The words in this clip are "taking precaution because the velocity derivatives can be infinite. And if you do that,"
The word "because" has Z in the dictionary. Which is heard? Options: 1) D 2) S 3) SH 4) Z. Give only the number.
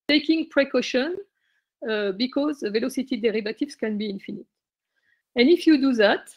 4